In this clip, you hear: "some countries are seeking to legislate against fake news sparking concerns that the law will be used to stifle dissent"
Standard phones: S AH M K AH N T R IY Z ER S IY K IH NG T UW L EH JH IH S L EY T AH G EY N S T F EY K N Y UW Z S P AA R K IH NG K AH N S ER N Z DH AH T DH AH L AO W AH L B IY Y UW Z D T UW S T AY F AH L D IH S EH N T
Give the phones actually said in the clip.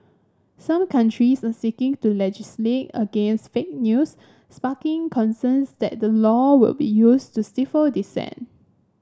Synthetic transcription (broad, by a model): S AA M K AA N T R IY S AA S IY K IH NG T UW L EH JH IH S L EY T AH G EY N S T F EY K N Y UW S S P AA K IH NG K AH N S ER N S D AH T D AH L AO W AH L B IY Y UW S T UW S T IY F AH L D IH S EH N